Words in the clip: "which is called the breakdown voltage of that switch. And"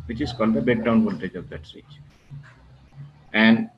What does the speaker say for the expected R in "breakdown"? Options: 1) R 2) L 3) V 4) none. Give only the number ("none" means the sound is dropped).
4